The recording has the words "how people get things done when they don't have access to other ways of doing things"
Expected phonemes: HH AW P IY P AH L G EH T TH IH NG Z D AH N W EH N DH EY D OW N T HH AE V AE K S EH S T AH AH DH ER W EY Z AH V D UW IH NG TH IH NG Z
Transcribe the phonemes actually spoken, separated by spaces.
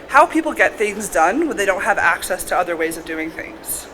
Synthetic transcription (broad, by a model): HH AW P IY P L G EH T TH IH NG Z D AH N W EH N DH EY D OW N T HH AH V AE K S EH S T AH AH DH ER W EY Z AH V D UW IH NG TH IH NG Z